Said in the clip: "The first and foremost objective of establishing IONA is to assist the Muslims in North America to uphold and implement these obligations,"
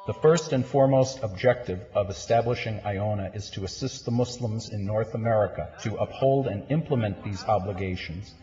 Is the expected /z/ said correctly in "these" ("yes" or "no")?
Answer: yes